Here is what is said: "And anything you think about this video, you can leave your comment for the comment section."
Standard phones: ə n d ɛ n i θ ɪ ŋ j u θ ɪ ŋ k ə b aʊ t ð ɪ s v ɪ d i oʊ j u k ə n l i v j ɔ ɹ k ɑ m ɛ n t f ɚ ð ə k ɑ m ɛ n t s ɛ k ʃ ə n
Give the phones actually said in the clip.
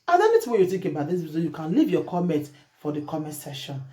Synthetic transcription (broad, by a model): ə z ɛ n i t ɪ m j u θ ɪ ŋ k ə b aʊ t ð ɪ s b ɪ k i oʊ j u k ə n l i v j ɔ k ɑ m ɛ n t f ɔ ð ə k ɑ m ɛ n t s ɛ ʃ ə n